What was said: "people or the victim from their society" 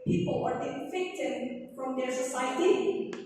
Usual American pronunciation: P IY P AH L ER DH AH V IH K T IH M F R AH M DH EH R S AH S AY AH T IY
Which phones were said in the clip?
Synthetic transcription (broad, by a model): P IY P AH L ER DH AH F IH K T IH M F R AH M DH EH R S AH S AY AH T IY